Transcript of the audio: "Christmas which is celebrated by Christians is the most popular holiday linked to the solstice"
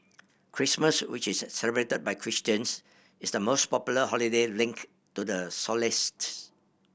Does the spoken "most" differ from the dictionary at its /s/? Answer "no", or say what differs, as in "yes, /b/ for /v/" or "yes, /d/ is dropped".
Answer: no